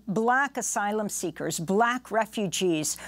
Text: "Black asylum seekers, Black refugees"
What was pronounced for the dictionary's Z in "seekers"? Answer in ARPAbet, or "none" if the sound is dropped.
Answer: Z